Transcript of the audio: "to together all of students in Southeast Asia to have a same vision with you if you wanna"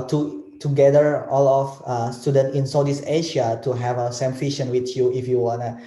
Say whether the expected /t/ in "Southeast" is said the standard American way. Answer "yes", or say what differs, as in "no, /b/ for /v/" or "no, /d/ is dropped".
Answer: no, /t/ is dropped